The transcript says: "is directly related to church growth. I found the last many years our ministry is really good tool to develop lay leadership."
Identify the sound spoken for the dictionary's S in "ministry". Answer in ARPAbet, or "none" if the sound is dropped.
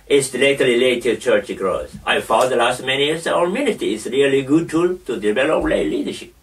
none